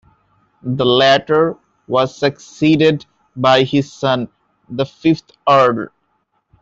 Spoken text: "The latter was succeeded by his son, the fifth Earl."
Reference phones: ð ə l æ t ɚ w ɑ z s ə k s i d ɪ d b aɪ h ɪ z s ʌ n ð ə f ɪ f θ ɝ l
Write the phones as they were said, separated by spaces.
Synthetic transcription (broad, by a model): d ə l æ t ɚ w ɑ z s ə k s i d ɪ d b aɪ h ɪ z s ʌ n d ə f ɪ f t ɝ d